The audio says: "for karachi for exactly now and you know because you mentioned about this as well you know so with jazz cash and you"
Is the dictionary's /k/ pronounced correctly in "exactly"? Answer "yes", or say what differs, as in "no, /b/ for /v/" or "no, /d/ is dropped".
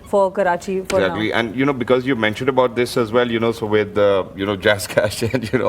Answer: no, /k/ is dropped